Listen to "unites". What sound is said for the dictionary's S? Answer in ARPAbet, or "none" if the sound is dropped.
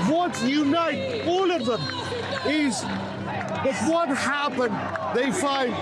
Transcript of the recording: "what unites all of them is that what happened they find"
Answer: none